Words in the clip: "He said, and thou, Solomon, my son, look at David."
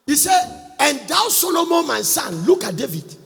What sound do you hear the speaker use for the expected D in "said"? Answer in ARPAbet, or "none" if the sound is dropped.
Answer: none